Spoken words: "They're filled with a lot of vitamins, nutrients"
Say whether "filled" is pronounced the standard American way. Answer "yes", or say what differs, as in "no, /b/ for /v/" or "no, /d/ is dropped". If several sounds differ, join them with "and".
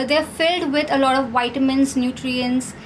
yes